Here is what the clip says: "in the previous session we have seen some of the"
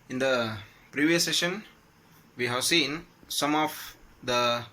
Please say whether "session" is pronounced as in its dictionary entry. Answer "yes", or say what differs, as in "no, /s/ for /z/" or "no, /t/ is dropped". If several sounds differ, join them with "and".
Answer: yes